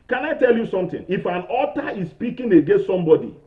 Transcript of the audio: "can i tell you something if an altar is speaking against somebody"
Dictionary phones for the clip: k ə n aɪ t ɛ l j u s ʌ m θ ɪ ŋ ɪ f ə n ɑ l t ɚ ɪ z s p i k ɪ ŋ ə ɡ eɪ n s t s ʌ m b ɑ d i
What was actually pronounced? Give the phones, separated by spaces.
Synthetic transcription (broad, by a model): k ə n aɪ t ɛ l j u s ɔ m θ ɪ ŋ ɪ f ə n ɑ t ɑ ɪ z s p i k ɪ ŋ ə ɡ eɪ n s t s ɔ m b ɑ d i